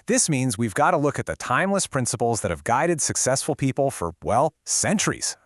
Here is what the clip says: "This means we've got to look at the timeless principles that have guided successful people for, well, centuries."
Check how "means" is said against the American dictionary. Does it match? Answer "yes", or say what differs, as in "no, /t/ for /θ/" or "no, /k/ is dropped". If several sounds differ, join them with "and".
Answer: yes